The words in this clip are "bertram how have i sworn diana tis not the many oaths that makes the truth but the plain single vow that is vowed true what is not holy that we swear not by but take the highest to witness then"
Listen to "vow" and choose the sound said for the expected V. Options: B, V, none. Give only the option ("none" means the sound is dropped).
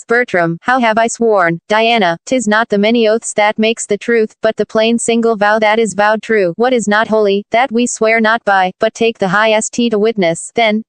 V